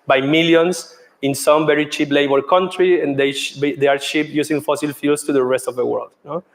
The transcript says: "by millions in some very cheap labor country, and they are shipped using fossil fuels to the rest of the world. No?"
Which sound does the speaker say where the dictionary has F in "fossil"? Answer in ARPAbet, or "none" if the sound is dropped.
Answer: F